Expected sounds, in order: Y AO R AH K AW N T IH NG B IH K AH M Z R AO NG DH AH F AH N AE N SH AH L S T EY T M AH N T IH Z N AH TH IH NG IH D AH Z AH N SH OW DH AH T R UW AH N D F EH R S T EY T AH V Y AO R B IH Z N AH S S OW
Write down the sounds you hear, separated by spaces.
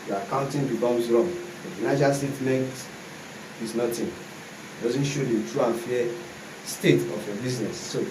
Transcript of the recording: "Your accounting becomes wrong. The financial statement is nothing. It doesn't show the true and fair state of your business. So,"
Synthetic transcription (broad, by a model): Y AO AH K AW N T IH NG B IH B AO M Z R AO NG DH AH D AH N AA SH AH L S T EY T M AH N T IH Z N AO T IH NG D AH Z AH N SH OW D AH T R UW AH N F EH S T EY T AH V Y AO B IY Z N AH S S OW